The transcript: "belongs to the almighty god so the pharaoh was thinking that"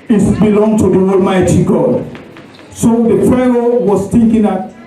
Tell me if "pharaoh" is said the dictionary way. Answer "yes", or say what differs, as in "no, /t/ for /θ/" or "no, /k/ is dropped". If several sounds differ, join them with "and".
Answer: no, /p/ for /f/